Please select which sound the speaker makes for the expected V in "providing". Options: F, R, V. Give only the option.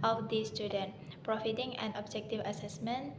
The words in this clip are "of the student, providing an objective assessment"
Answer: F